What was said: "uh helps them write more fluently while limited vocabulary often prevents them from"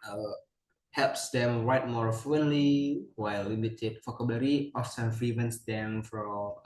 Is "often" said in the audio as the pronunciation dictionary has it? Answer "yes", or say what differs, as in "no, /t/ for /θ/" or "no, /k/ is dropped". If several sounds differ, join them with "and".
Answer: no, /s/ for /t/